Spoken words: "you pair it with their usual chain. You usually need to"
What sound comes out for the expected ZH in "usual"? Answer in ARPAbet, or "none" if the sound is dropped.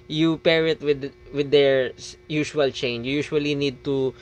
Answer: SH